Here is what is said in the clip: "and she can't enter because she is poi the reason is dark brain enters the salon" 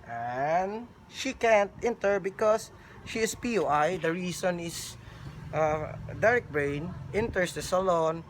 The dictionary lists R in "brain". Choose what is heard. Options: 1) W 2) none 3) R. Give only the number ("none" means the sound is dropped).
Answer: 3